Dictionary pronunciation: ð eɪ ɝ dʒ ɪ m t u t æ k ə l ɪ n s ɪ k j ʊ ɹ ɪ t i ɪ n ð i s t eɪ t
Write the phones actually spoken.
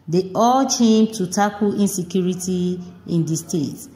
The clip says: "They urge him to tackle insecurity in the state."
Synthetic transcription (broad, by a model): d eɪ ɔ tʃ ɪ m t u t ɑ k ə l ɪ n s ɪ k j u ɹ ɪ t i ɪ n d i s t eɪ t